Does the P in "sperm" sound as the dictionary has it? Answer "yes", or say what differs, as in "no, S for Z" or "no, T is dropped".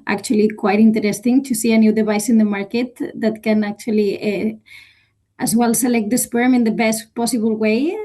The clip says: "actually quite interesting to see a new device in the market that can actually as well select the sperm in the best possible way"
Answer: yes